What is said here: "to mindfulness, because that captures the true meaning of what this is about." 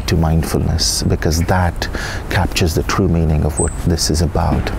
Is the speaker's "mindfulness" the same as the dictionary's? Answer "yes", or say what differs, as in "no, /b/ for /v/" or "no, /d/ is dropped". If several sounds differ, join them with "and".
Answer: yes